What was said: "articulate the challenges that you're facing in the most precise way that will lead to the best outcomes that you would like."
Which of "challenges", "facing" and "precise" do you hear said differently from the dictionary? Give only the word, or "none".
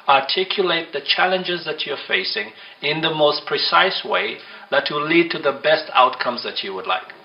none